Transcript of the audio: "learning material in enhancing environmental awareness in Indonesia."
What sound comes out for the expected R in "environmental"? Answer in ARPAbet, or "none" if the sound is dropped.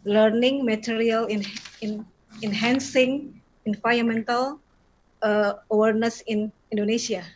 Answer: none